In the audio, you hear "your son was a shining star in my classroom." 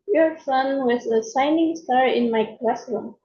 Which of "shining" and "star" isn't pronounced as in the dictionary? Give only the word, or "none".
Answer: shining